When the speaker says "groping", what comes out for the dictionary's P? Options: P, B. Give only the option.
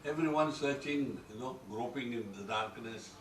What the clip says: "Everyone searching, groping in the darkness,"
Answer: P